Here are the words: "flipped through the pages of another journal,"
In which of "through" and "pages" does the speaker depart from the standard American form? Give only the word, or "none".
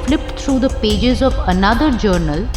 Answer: through